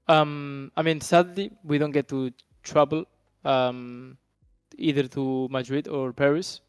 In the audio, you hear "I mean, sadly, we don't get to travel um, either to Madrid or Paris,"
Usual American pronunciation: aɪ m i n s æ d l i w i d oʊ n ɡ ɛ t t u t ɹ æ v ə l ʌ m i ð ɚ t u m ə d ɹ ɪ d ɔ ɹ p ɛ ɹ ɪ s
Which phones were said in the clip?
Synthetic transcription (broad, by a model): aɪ m i n s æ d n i w i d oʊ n ɡ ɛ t t u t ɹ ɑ b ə l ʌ m i ð ɚ t u m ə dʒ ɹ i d ɔ ɹ p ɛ ɹ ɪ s